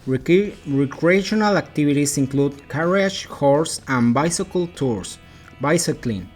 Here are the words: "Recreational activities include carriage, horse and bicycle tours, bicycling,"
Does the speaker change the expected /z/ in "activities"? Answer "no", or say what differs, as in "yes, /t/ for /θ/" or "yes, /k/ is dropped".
yes, /s/ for /z/